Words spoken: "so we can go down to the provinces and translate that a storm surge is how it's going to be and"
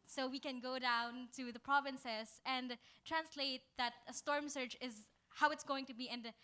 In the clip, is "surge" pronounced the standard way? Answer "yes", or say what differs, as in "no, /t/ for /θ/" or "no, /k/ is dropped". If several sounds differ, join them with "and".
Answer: no, /tʃ/ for /dʒ/